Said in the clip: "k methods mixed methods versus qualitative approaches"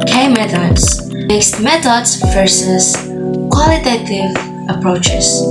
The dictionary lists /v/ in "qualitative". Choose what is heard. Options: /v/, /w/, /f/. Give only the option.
/v/